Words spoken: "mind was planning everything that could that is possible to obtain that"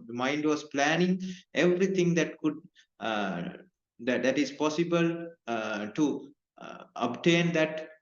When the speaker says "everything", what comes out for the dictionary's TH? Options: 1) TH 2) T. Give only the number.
2